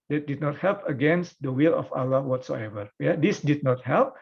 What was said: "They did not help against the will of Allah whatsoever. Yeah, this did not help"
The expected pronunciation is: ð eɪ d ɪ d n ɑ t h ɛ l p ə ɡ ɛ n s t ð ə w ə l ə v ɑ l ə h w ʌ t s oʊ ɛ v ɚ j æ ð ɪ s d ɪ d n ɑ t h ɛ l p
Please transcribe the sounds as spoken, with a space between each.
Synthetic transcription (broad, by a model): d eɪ d ɪ d n ɑ t h ɛ l p ə ɡ ɛ n s t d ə w ə l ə f ɑ l ə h w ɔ t s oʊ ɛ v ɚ j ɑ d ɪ s d ɪ d n ɑ t h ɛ l p